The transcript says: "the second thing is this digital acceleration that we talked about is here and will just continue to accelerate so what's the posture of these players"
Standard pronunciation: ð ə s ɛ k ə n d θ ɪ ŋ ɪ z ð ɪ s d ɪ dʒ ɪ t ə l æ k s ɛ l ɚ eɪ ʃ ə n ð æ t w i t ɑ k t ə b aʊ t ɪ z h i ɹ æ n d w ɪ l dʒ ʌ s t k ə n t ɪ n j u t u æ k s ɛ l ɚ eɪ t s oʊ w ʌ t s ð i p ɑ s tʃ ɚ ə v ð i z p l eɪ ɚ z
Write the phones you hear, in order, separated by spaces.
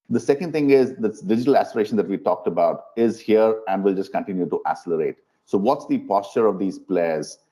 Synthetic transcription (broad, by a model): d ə s ɛ k ə n d t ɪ ŋ ɪ z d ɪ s d ɪ dʒ ɪ t ə l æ s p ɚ eɪ ʃ ə n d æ t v i t ɑ k t ə b aʊ t ɪ z h i ɹ æ n d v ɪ l dʒ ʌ s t k ə n t ɪ n j u t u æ s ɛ l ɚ eɪ t s oʊ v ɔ t s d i p ɑ s tʃ ɚ ə v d i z p l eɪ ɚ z